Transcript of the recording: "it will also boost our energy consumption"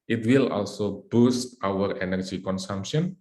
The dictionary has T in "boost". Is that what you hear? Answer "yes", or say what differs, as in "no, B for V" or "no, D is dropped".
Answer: yes